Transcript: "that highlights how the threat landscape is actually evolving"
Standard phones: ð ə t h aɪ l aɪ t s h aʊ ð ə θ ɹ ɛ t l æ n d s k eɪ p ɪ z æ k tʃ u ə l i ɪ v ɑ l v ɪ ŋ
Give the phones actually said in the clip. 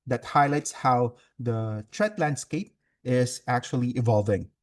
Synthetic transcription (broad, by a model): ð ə t h aɪ l aɪ t s h aʊ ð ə t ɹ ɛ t l æ n d s k eɪ p ɪ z æ k tʃ u ə l i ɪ v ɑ l v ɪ ŋ